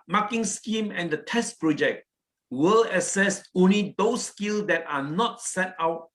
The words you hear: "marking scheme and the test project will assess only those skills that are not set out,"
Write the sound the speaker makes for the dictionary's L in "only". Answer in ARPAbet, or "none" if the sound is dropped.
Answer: L